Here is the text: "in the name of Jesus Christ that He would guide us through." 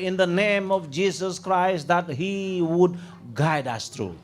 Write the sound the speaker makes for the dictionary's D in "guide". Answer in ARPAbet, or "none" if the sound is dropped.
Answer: D